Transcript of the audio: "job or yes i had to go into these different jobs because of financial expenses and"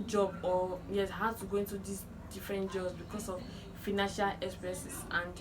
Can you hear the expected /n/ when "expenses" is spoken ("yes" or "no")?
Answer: no